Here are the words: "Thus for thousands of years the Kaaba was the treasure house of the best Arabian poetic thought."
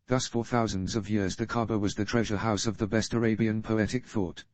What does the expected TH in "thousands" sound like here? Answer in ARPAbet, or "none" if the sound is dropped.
TH